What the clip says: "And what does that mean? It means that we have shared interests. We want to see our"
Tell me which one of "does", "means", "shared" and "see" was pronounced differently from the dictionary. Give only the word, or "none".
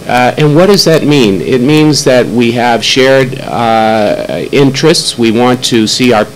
none